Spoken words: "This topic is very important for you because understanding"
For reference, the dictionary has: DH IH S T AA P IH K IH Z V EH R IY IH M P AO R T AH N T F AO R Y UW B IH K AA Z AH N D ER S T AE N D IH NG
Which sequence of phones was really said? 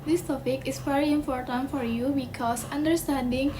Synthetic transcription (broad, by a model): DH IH S T AA P IH K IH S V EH R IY IH M P AO R T AH N T F AO R Y UW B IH K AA S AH N D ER S T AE N D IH NG